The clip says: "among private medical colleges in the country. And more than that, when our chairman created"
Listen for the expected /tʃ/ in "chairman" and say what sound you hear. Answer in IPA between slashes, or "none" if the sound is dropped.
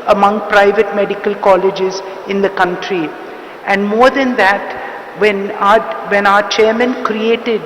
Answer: /tʃ/